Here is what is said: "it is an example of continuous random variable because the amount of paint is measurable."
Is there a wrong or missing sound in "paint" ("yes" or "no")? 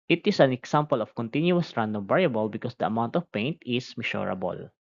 no